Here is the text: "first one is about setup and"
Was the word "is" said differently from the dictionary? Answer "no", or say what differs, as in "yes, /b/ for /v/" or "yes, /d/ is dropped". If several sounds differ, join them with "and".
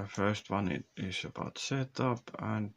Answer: yes, /s/ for /z/